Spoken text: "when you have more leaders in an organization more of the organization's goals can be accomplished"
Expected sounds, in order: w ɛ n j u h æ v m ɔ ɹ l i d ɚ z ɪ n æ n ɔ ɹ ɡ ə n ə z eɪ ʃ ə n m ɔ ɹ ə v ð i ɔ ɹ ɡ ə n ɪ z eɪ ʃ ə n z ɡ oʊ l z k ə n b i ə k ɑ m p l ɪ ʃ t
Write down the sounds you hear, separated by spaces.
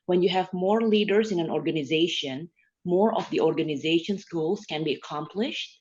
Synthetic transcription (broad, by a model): w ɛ n j u h æ v m ɔ ɹ l i d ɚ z ɪ n æ n ɔ ɹ ɡ ə n ə z eɪ ʃ ə n m ɔ ɹ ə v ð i ɔ ɹ ɡ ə n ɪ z eɪ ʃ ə n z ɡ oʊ l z k ə n b i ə k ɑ m p l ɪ ʃ t